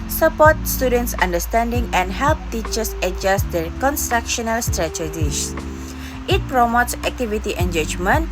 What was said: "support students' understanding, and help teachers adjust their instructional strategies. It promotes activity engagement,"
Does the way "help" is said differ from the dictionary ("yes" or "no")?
no